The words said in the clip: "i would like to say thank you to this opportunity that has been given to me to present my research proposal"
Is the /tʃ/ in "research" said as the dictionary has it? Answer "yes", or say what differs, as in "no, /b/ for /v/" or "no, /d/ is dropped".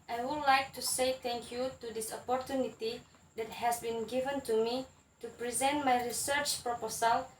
yes